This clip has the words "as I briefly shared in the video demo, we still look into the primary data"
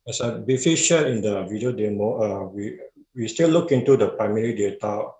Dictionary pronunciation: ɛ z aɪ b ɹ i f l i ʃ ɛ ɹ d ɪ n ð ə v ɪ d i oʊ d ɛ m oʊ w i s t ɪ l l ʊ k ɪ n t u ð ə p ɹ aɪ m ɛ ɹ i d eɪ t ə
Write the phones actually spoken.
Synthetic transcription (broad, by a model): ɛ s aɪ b i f i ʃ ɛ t ɪ n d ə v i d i oʊ d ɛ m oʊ w i s t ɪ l l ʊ k ɪ n t u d ə p ɹ aɪ m ɛ ɹ i d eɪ t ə